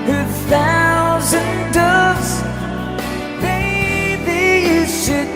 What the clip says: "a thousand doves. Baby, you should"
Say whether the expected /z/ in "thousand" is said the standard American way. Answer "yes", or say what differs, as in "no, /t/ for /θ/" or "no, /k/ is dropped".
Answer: yes